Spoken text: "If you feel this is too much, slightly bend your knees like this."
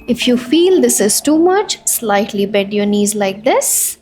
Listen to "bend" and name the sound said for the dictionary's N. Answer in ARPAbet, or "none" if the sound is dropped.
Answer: none